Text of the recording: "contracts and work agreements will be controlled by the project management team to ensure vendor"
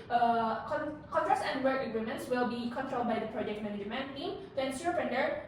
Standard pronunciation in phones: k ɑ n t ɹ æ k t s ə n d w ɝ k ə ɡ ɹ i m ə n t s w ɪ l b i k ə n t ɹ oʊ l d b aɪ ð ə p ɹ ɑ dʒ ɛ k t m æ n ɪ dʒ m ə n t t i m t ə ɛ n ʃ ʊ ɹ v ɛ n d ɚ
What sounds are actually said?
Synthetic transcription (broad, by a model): k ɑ n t ɹ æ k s ə n d w ɝ k ə ɡ ɹ i m ə n t s w ɪ l b i k ə n t ɹ oʊ l d b aɪ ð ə p ɹ ɑ dʒ ɛ k t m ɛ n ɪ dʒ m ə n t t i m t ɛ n s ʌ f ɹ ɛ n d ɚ